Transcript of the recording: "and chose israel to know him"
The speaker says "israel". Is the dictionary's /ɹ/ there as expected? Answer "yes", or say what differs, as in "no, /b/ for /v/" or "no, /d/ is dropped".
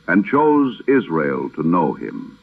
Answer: yes